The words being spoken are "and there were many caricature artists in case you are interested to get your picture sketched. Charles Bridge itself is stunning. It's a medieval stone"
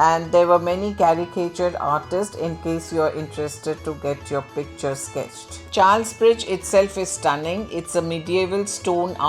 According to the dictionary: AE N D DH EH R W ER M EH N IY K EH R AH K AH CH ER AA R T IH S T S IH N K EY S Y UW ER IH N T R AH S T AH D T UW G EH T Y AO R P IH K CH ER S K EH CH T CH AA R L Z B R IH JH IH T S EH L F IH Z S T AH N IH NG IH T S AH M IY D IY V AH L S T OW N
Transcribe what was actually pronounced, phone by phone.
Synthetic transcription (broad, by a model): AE N D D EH R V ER M EH N IY K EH R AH K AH CH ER AA R T IH S T S IH N K EY S Y UW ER IH N T R AH S T AH D T UW G EH T Y AO R P IH K CH ER S K EH CH T CH AA R L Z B R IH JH IH T S EH L F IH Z S T AH N IH NG IH T S AH M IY D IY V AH L S T OW N